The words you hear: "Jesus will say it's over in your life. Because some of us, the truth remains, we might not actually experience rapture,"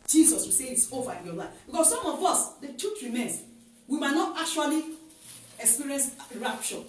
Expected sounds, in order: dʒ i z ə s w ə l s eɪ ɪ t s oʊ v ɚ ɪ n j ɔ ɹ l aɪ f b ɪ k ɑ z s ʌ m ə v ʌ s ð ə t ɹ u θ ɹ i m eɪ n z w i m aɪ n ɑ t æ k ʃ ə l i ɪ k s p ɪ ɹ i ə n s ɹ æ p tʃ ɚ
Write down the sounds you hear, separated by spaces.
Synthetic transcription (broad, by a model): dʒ i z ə s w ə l s eɪ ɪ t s oʊ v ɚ ɪ n j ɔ l aɪ f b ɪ k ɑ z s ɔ m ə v ʌ s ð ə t u t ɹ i m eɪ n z w i m aɪ n ɑ t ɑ k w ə l i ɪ k s p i ɹ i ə n s ɹ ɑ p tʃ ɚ